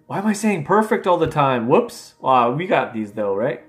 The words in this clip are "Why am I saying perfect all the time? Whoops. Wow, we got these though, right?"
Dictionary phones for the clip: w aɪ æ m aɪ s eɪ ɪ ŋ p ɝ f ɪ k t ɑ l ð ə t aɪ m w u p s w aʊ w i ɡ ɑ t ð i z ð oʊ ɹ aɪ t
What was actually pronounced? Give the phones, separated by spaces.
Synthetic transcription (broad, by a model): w aɪ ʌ m aɪ s eɪ ɪ ŋ p ɝ f ɪ k t ɑ l ð ə t aɪ m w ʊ p s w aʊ w i ɡ ɑ t ð i z ð oʊ ɹ aɪ t